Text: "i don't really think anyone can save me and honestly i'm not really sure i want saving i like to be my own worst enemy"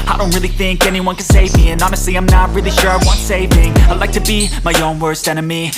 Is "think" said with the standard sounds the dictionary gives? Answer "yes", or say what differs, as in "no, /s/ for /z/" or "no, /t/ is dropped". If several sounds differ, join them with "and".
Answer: yes